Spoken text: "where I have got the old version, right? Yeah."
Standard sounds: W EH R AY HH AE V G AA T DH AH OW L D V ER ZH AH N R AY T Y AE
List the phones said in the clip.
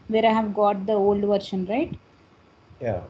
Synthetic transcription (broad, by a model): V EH R AY HH AE V G AA T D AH OW L D V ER SH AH N R AY T Y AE